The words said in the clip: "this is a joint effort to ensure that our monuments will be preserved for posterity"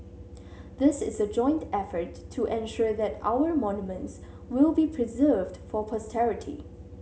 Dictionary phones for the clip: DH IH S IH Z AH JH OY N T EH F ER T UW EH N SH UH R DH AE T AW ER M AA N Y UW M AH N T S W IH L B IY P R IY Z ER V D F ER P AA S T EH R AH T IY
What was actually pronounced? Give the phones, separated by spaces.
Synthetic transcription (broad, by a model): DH IH S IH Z AH JH OY N T EH F ER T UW EH N SH UH R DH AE T AW ER M AA N Y UW M AH N T S W IH L B IY P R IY Z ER V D F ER P AA S T EH R AH T IY